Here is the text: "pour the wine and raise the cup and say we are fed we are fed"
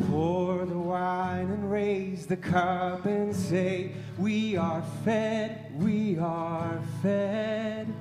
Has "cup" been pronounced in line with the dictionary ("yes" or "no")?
no